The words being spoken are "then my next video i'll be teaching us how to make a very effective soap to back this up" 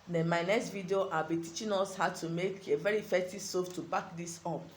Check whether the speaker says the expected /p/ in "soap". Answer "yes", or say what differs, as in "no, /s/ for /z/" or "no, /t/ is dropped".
no, /f/ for /p/